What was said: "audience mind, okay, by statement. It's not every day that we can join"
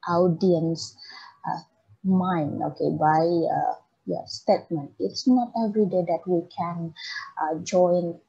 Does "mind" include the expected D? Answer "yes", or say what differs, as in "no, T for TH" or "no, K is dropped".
no, D is dropped